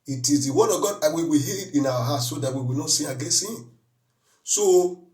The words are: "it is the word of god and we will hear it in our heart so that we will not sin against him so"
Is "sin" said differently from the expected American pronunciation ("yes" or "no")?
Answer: yes